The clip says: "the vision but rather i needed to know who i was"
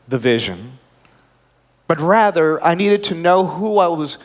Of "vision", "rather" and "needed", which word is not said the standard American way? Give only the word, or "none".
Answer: none